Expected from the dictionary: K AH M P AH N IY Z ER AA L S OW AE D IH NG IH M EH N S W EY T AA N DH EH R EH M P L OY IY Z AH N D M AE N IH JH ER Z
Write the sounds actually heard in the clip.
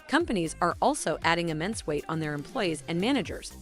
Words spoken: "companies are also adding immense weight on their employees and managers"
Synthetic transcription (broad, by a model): K AH M P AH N IY Z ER AA L S OW AE D IH NG IH M EH N S W EY T N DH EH R EH M P L OY IY Z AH N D M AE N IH JH ER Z